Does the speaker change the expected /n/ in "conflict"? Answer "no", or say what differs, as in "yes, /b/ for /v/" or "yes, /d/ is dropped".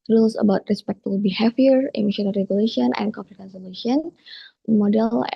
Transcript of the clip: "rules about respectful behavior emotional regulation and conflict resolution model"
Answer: yes, /n/ is dropped